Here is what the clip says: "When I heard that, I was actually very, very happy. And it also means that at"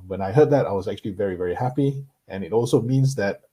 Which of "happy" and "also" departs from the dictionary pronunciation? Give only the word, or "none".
none